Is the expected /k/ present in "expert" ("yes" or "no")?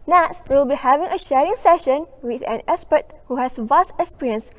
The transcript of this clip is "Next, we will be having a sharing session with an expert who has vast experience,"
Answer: no